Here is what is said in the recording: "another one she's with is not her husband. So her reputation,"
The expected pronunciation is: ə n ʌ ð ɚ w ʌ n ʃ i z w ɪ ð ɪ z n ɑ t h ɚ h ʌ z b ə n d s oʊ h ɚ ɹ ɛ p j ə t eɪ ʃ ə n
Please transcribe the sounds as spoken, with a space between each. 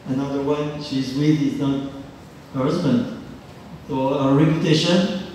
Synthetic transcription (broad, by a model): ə n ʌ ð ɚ w ʌ n ʃ i z w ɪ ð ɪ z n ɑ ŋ h ɚ h ʌ z b ə n d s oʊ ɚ ɹ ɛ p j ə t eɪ ʃ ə n